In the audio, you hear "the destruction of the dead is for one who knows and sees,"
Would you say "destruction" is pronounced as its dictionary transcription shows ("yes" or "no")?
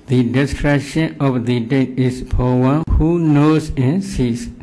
no